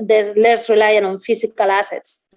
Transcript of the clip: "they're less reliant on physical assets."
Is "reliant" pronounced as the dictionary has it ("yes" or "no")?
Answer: no